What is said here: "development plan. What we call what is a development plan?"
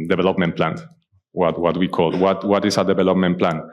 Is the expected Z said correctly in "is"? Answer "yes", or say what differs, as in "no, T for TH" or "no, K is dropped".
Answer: no, S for Z